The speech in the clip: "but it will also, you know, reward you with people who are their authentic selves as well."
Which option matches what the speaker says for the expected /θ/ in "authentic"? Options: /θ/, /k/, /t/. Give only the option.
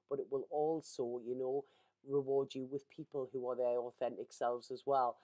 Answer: /θ/